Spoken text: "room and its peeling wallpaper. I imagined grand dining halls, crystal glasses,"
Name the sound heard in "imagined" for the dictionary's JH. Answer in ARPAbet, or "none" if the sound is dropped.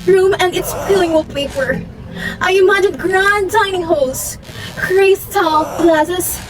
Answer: none